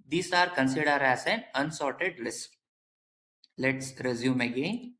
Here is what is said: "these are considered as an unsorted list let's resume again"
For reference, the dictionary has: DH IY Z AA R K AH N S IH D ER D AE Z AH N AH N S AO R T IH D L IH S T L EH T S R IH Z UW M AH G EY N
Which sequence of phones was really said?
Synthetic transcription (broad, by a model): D IY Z AA R K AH N S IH D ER D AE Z AH N AH N S AO R T IH D L IH S T L EH T S R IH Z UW M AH G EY N